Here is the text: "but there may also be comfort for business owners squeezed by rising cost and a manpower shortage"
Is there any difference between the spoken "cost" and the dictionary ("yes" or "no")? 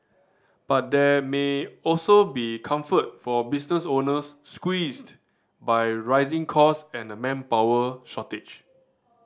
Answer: yes